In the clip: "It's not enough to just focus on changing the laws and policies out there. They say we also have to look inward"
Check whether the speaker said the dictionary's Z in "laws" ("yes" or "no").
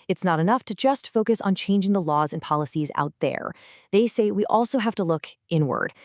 yes